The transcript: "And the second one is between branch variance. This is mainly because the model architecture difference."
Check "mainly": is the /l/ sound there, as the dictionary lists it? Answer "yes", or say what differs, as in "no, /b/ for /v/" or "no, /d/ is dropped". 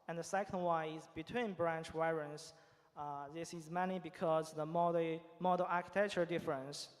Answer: no, /l/ is dropped